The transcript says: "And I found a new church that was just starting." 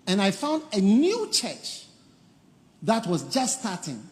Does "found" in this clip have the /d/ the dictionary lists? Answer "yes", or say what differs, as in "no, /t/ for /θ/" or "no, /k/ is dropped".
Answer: yes